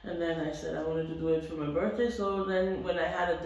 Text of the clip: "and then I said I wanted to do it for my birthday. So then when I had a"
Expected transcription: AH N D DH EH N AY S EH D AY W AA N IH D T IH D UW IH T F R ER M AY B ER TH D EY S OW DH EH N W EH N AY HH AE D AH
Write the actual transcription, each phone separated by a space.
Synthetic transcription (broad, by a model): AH N DH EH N AY S EH D AY W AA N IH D T IH D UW IH T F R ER M AY B ER TH D EY S OW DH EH N W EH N AY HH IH D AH